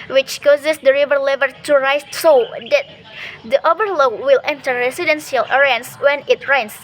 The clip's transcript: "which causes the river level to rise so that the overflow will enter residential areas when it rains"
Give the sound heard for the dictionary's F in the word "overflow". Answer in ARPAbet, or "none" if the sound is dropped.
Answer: none